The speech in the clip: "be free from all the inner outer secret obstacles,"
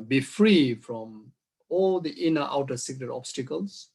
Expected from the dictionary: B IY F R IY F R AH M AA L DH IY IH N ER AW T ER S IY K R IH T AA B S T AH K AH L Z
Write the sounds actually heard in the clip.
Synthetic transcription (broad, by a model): B IY F R IY F R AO M AA L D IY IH N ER AW T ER S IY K R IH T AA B S T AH K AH L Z